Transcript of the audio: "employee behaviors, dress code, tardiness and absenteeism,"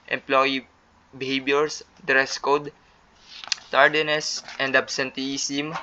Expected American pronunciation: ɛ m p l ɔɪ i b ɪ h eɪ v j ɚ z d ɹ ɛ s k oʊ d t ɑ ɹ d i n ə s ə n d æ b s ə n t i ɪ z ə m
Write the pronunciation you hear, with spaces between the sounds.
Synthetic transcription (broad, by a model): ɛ m p l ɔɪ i b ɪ h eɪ b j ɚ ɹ d ɹ ɛ s k oʊ d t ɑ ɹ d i n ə s ə n d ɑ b s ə n t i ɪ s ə m